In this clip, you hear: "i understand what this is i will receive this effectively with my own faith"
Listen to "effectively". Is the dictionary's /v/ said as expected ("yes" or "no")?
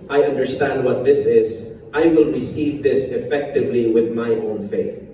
yes